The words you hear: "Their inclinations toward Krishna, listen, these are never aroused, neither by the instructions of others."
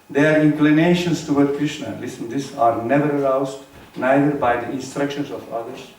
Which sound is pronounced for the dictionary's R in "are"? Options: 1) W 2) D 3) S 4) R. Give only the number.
4